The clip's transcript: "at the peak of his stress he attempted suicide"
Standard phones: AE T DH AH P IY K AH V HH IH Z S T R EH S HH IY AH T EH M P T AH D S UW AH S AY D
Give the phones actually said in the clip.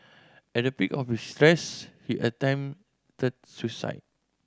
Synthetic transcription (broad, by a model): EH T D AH P IY K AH F HH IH S T R EH S HH IY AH T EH M T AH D S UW S AY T